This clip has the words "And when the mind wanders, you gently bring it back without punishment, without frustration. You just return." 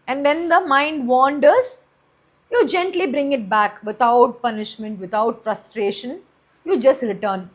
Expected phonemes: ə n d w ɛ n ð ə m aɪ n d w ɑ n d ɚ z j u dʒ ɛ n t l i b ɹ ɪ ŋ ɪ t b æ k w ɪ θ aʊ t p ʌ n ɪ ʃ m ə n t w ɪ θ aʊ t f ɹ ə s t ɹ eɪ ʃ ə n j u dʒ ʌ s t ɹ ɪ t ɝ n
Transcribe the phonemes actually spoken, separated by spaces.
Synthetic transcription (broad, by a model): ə n d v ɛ n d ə m aɪ n d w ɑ n d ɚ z j u dʒ ɛ n t l i b ɹ ɪ ŋ ɪ t b æ k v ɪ t aʊ t p ʌ n ɪ ʃ m ə n t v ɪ t aʊ t f ɹ ə s t ɹ eɪ ʃ ə n j u dʒ ʌ s t ɹ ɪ t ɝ n